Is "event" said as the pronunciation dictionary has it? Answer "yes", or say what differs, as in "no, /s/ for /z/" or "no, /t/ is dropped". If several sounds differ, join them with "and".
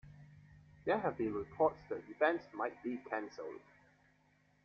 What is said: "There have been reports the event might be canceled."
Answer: no, /f/ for /v/